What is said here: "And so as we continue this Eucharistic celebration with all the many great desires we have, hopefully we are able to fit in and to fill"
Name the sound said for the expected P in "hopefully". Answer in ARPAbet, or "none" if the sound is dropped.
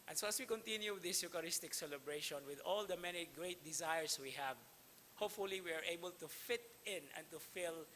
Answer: P